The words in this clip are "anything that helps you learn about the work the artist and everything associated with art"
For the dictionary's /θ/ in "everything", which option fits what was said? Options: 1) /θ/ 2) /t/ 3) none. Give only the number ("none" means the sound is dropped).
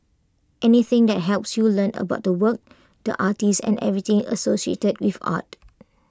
2